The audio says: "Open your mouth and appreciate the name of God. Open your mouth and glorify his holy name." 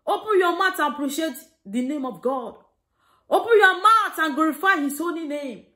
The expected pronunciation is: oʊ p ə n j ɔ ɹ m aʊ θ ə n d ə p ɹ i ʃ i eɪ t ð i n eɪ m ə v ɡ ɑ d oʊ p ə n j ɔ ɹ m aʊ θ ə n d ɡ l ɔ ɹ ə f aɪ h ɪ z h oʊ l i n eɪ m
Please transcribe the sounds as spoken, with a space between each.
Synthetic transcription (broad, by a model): oʊ p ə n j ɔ m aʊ t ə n p ɹ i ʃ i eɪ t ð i n eɪ m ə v ɡ ɑ d oʊ p ə n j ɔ m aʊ t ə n ɡ l ɔ ɹ ə f aɪ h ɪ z oʊ n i n eɪ m